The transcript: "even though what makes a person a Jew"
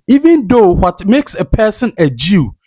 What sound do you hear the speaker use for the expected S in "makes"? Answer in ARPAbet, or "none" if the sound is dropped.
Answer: S